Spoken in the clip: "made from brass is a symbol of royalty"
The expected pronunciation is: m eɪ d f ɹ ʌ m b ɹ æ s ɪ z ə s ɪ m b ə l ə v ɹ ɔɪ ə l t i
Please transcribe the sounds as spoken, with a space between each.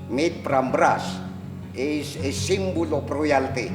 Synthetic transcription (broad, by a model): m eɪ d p ɹ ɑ m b ɹ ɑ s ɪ s ə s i m b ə l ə p ɹ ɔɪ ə l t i